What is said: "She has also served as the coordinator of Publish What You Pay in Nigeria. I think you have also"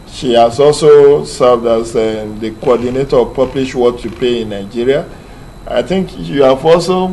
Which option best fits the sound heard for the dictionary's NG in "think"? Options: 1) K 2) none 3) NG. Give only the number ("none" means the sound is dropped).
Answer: 3